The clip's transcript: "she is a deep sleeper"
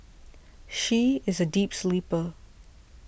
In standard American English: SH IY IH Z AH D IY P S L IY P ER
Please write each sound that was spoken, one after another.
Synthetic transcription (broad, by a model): SH IY IH Z AH D IY P S L IY P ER